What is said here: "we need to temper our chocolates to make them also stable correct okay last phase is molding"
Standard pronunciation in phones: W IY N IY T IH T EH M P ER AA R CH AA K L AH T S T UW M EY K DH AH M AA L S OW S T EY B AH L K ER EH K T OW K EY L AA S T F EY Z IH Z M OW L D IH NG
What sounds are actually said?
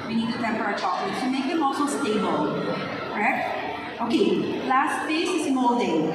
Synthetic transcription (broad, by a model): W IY N IY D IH T EH M P ER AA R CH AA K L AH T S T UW M EY K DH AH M AA L S OW S T EY B AH L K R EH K T OW K EY L AA S T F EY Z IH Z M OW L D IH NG